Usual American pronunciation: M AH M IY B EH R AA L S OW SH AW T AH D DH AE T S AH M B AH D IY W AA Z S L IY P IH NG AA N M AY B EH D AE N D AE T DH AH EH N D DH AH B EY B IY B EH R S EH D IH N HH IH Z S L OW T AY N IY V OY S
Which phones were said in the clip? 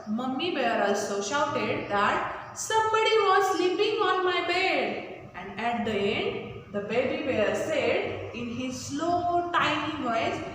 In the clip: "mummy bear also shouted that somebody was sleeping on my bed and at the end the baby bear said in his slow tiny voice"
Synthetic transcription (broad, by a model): M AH M IY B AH R AA L S OW SH AW T AH D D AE T S AH M B AH D IY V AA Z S L IY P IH NG AA N M AY B EH D AE N D AE T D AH EH N D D AH B EY B IY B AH R S EH D IH N HH IH Z S L OW T AY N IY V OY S